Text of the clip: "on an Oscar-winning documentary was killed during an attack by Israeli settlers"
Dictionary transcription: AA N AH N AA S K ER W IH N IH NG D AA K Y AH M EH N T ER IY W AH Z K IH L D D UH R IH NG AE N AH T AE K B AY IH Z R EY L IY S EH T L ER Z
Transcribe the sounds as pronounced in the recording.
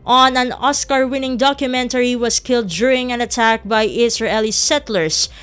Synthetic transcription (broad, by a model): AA N AH N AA S K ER W IH N IH NG D AA K Y AH M EH N T ER IY W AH S K IH L D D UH R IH NG AE N AH T AE K B AY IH S R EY L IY S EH T L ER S